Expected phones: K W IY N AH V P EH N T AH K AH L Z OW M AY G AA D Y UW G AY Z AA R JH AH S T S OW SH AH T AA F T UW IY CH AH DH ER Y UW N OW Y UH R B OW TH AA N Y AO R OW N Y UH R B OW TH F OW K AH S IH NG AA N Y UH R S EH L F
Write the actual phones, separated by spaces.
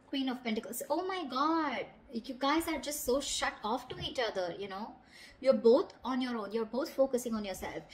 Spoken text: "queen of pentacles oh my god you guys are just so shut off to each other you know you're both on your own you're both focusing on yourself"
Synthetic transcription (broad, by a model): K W IY N AH V P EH N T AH K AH L S OW M AY G AA D Y UW G AY Z AA R JH AH S T S OW SH AH T AA F T UW IY CH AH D ER Y UW N OW Y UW R B OW T AA N Y AO R OW N Y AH R B OW T F OW K AH S IH NG AA N Y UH R S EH L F